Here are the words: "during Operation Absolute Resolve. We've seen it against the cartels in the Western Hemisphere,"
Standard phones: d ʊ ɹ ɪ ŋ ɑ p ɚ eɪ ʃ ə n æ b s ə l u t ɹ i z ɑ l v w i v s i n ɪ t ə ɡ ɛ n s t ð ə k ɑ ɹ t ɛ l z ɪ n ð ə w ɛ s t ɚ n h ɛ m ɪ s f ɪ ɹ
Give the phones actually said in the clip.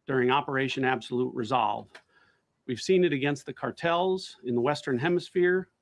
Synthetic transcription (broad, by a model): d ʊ ɹ ɪ ŋ ɑ p ɚ eɪ ʃ ə n æ b s ə l u t ɹ i z ɑ l v w i v s i n ɪ t ə ɡ ɛ n s t ð ə k ɑ ɹ t ɛ l z ɪ n ð ə w ɛ s t ɚ n h ɛ m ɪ s f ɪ ɹ